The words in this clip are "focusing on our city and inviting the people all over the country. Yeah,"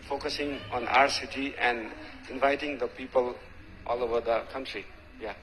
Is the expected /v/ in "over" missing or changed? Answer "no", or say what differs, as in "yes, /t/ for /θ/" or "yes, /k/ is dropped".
yes, /b/ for /v/